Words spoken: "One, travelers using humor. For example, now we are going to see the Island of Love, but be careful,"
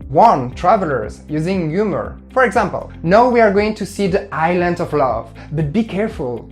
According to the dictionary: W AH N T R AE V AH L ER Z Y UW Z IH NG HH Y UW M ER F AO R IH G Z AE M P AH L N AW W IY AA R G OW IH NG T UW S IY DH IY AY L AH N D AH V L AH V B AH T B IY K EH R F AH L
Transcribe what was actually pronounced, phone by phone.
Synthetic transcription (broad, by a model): W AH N T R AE V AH L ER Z Y UW Z IH NG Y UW M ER F AO R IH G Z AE M P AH L N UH W IY AA R G OW IH NG T UW S IY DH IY AY L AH N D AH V L AH V B AH T B IY K EH R F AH L